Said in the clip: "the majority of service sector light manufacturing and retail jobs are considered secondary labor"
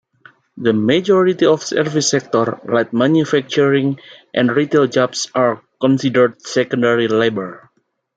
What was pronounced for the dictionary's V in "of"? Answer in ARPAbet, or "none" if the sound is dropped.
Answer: F